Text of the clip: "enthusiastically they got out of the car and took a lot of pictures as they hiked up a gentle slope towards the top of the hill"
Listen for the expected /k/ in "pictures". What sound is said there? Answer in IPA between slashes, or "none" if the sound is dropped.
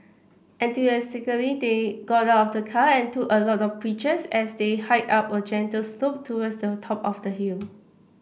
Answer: none